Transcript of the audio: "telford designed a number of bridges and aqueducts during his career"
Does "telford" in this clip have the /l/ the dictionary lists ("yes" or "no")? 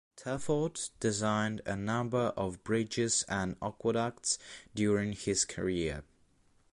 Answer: no